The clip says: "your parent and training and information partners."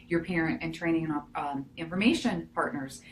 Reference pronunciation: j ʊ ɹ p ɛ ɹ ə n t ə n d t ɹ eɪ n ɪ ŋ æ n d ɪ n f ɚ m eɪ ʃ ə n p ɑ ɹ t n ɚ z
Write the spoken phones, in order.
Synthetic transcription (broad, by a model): j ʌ ɹ p ɛ ɹ ə n t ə n t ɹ eɪ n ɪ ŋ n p ɪ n f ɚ m eɪ ʃ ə n p ɑ ɹ t n ɚ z